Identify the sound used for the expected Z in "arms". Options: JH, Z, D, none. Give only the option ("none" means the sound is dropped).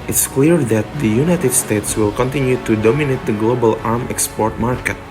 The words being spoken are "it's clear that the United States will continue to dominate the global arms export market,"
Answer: none